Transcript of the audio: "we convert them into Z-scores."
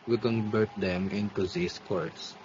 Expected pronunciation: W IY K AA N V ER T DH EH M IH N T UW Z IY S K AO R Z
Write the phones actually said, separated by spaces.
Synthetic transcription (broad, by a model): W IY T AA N B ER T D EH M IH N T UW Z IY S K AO R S